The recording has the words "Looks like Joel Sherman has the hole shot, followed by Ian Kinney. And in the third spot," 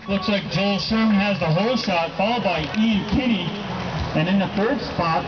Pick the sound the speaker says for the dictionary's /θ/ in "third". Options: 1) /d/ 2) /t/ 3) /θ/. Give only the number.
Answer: 3